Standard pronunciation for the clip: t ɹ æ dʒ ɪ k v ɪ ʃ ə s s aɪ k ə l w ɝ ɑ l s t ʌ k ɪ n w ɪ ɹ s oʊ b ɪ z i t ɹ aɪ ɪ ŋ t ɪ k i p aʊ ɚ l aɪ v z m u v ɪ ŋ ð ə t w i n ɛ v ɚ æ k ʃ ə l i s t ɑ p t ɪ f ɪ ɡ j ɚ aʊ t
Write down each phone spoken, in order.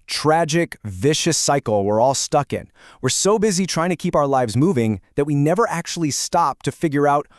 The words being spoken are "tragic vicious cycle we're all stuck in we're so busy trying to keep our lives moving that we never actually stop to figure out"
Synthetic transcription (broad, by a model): t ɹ æ dʒ ɪ k v ɪ ʃ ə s s aɪ k l w ɝ ɑ l s t ʌ k ɪ n w ɪ ɹ s oʊ b ɪ z i t ɹ aɪ ɪ ŋ t ɪ k i p aʊ ɚ l aɪ v z m u v ɪ ŋ ð ə t w i n ɛ v ɚ æ k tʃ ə l i s t ɑ p t ɪ f ɪ ɡ j ɚ aʊ t